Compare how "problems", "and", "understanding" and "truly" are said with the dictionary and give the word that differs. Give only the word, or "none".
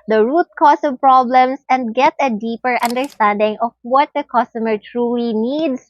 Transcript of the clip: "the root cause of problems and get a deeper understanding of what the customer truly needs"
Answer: problems